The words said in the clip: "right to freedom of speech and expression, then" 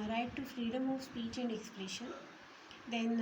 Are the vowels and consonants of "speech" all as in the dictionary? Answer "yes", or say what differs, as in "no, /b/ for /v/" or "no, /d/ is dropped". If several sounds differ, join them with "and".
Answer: yes